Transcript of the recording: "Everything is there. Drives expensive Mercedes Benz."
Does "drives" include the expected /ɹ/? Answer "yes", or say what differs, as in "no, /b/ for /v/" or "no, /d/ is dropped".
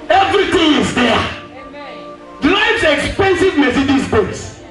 no, /l/ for /ɹ/